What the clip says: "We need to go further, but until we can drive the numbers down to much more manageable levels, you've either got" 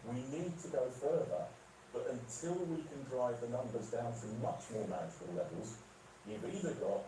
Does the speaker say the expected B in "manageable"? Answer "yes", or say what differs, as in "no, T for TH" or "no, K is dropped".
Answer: no, B is dropped